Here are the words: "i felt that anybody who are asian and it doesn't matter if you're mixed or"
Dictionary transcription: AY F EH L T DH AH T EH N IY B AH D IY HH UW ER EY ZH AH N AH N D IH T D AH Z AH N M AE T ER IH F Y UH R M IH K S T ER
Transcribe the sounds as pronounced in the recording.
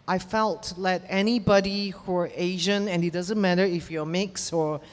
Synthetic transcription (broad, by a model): AY F EH L T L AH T EH N IY B AH D IY HH UW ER EY ZH AH N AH N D IH T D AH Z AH N M AE T ER IH F Y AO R M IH K S ER